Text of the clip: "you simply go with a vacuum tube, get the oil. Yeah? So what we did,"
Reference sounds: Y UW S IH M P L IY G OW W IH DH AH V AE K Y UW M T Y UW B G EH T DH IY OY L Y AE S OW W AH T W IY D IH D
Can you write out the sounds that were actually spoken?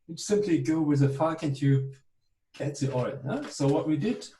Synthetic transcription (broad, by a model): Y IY S IH M P L IY G OW W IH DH AH F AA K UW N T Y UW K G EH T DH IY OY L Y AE S OW W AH T W IY D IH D